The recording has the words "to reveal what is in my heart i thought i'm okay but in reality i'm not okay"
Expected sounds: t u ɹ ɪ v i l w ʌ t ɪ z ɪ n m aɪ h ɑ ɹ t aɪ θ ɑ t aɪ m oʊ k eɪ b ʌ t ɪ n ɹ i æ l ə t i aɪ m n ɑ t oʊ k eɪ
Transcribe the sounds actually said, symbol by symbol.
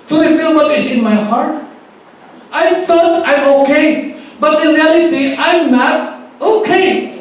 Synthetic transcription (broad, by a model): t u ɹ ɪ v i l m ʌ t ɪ s ɪ n m aɪ h ɑ ɹ t aɪ f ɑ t aɪ m oʊ k eɪ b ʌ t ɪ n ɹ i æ l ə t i aɪ m n ɑ t oʊ k eɪ